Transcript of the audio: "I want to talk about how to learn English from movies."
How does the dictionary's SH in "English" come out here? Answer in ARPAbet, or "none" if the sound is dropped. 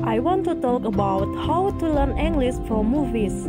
S